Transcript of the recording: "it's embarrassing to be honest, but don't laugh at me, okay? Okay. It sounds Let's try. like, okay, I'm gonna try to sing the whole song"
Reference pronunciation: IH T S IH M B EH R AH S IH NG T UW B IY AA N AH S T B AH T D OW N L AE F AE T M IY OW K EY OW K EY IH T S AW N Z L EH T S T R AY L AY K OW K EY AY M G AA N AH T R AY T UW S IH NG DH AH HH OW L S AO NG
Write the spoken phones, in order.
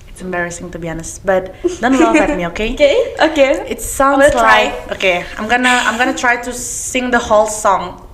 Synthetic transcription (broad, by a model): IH T S IH M B EH R AH S IH NG T UW B IY AA N AH S T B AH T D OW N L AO EH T M IY OW K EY OW K EY IH T S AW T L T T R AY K AY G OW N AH AY M G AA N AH T R AY T UW S IH NG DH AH HH OW L S AO NG